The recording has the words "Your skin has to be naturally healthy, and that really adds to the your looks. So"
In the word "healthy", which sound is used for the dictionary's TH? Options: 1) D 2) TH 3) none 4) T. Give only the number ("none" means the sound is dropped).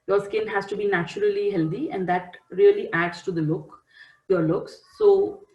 4